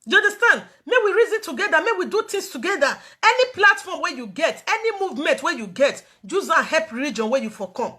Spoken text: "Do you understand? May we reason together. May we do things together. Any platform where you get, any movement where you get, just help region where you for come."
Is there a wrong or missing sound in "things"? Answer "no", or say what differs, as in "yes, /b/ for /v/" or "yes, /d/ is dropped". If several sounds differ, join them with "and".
yes, /t/ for /θ/ and /s/ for /z/